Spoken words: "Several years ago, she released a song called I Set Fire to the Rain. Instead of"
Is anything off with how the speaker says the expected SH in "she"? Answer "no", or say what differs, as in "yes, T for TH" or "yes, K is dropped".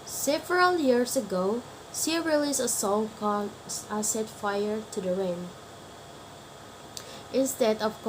yes, S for SH